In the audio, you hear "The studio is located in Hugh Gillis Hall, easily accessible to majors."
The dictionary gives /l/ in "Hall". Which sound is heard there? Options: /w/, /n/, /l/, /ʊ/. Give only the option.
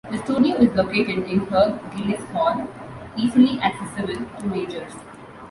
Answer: /n/